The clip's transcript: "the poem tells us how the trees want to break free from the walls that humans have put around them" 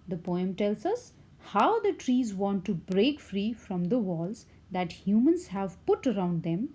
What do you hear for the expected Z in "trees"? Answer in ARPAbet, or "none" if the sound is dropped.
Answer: Z